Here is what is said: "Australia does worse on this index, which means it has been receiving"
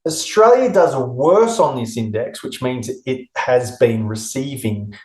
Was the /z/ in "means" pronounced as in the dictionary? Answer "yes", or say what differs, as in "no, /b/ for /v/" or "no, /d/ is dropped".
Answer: yes